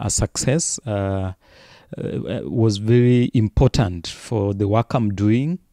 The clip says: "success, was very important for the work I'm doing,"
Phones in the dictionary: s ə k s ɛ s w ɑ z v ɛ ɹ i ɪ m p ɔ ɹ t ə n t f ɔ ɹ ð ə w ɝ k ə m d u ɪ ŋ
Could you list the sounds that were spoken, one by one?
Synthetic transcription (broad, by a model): s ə k s ɛ s w ɑ z v ɛ ɹ i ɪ m p ɔ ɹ t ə n t f ɔ ɹ ð ə w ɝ k ə m d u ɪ ŋ